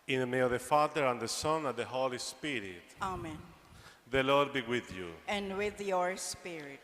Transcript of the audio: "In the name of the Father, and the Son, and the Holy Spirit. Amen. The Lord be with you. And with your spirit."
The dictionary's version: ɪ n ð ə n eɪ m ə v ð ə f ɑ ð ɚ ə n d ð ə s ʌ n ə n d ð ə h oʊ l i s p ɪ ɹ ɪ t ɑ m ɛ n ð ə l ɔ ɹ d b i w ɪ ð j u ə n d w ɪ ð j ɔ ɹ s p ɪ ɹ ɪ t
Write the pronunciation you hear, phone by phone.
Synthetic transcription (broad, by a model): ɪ n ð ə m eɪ ə v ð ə f ɑ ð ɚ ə n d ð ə s ʌ n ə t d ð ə h oʊ l i s p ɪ ɹ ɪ t ɑ m ɛ n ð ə l ɔ ɹ d b i w ɪ ð j u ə n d w ɪ ð j ɔ ɹ s p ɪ ɹ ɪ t